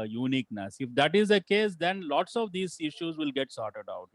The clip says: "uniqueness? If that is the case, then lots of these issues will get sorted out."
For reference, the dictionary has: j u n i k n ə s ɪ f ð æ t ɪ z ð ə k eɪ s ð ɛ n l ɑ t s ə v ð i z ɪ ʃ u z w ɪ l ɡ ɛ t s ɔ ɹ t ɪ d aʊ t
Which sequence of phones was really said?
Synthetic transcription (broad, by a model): j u n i k n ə s ɪ f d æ t ɪ z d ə k eɪ s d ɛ n l ɑ t s ə v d i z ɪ ʃ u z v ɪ l ɡ ɛ t s ɔ ɹ t ɪ d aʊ t